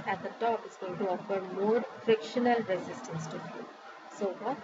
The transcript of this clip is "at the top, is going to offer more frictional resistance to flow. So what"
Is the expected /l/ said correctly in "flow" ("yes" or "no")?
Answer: no